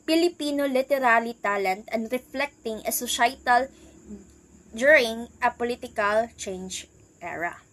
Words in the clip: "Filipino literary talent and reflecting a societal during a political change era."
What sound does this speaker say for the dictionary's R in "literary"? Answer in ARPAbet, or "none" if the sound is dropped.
L